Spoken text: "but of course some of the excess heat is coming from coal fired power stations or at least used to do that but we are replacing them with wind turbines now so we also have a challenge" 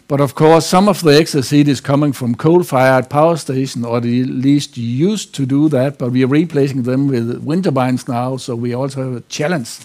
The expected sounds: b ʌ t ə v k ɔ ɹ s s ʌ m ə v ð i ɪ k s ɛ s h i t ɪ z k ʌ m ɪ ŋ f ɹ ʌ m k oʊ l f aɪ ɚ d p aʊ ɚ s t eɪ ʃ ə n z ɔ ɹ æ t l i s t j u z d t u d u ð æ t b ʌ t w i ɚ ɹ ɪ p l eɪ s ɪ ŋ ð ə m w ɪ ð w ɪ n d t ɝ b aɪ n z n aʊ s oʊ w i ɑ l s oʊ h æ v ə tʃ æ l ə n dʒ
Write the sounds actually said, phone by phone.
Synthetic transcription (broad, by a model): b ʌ t ə v k ɔ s s ʌ m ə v ð i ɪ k s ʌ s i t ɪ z k ʌ m ɪ ŋ f ɹ ʌ m k oʊ l f aɪ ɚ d p aʊ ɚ s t eɪ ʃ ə n ɔ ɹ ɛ l i s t j u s t u d u ð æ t b ʌ t w i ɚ ɹ ɪ p l eɪ s ɪ ŋ ð ə m w ɪ ð w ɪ n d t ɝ b aɪ n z n aʊ s oʊ w i ɑ l s oʊ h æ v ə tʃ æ l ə n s